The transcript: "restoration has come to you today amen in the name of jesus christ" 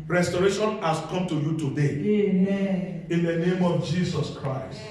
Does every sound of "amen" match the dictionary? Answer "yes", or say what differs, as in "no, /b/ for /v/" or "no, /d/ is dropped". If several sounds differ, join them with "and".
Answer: no, /n/ is dropped